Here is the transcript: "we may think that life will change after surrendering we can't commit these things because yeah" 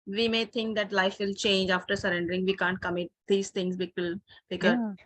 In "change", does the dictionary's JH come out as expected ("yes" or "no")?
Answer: yes